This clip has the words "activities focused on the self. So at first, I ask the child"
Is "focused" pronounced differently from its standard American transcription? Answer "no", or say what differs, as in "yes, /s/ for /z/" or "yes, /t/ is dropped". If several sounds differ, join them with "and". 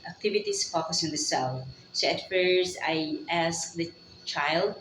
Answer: yes, /t/ is dropped